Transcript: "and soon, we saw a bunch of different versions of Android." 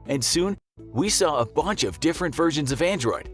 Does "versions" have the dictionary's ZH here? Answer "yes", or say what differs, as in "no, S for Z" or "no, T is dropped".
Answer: yes